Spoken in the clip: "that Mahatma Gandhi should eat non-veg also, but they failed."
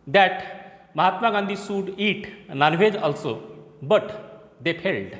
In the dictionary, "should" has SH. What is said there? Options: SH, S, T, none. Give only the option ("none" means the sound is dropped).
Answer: S